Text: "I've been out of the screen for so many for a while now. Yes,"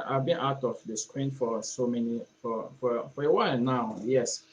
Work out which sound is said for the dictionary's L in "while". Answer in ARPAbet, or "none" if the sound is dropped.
W